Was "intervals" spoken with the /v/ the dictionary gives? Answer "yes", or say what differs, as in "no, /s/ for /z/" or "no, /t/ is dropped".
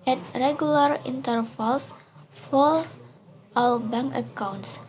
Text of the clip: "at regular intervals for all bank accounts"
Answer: no, /f/ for /v/